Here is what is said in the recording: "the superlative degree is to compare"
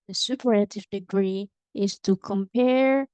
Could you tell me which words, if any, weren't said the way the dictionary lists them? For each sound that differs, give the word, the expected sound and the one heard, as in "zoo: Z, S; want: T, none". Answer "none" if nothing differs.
superlative: L, none